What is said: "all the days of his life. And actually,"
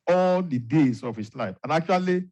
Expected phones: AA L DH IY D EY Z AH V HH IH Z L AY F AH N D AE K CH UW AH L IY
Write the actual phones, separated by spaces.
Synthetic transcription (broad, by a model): AA L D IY D EY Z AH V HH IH S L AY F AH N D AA K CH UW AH L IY